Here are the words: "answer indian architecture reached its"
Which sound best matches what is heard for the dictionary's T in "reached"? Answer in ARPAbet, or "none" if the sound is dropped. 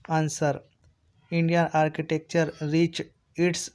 none